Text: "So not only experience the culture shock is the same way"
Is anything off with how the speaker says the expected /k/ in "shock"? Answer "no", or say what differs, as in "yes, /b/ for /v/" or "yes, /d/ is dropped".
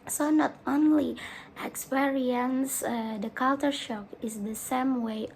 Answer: no